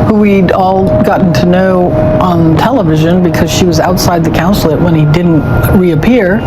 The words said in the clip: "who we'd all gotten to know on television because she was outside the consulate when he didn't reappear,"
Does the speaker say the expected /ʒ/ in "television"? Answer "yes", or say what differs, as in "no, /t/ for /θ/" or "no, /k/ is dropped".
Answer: yes